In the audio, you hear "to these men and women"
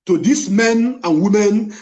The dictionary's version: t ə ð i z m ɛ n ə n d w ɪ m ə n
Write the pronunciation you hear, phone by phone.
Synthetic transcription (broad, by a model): t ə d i s m ɛ n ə n w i m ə n